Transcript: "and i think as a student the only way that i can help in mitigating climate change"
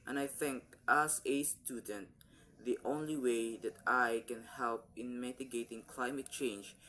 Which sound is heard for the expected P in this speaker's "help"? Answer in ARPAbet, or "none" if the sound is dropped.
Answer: P